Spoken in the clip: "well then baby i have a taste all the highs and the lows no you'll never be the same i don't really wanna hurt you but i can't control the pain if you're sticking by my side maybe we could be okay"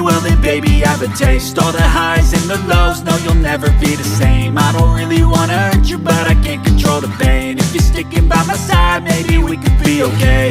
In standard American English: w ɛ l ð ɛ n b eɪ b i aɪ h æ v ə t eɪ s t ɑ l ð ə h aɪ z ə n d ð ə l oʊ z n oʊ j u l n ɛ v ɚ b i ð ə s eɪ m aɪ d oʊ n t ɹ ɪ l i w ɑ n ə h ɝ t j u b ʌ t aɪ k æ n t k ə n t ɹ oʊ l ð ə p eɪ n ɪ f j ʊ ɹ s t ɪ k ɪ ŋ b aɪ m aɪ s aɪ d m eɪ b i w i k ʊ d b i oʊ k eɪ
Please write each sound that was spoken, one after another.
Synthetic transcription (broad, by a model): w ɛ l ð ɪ b eɪ b i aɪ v ə t eɪ s t ɑ l ð ə h aɪ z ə n ð ə l oʊ z n oʊ j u l n ɛ v ɚ b i ð ə s eɪ m aɪ d oʊ n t ɹ ɪ l i w ɑ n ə ɝ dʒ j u b ʌ t aɪ k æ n k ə n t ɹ oʊ l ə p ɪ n ɪ f j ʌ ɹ s t ɪ k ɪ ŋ b aɪ m aɪ s aɪ d m eɪ b i w i k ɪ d b i oʊ k eɪ